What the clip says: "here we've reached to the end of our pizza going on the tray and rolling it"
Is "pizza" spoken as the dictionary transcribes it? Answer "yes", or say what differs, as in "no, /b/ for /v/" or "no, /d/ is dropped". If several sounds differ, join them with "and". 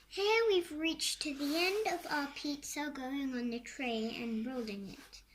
yes